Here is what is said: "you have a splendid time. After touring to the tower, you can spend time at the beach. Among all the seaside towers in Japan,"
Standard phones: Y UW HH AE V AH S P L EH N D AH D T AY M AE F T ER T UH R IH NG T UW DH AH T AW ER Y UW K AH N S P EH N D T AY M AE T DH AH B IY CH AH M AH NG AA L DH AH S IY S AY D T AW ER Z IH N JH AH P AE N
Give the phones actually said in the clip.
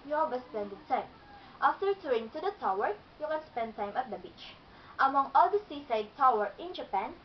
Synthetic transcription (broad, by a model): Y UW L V AH S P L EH N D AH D T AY M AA F T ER T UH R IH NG T UW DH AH T AW ER Y UW K AH N S P EH N D T AY M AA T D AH B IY CH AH M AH NG AA L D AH S IY S AY D T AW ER IH N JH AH P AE N